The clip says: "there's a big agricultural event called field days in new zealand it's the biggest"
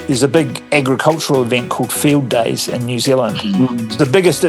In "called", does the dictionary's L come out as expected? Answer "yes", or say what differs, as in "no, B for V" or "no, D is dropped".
yes